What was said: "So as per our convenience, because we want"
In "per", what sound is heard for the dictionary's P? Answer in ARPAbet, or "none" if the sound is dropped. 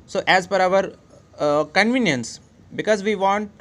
F